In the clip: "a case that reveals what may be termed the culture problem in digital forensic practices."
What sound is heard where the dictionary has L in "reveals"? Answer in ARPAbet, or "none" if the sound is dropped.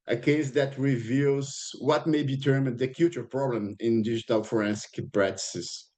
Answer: L